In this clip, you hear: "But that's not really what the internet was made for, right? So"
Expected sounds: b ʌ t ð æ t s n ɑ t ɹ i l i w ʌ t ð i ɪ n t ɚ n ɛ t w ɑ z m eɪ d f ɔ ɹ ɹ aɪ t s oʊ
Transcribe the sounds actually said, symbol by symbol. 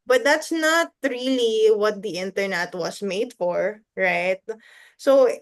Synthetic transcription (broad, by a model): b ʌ t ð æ t s n ɑ t ɹ i l i w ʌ t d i ɪ n t ɚ n ɛ t w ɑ s m eɪ d f ɔ ɹ ɹ aɪ t s oʊ